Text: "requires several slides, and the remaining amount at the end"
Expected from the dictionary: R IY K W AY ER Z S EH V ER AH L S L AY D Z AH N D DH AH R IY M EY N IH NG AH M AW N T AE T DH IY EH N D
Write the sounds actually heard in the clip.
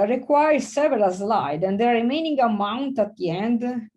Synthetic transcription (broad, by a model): R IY K W AY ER S EH V ER AH L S L AY D AH N D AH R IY M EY N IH NG AH M AW N T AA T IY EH N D